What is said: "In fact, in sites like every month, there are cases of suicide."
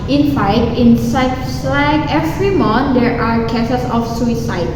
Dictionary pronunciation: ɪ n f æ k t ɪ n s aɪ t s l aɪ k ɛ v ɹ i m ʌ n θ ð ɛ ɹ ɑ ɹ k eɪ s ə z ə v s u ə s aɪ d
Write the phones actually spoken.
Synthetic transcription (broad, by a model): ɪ n f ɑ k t ɪ n s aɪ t s l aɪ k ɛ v ɹ i m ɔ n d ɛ ɹ ɑ ɹ k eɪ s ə s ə f s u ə s aɪ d